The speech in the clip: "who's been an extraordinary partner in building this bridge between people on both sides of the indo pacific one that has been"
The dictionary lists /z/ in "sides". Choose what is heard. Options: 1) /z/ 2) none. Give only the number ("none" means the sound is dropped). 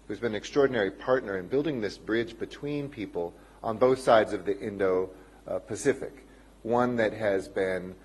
1